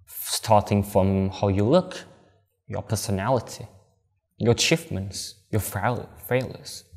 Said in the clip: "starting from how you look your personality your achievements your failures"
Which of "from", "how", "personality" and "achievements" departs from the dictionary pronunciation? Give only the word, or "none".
achievements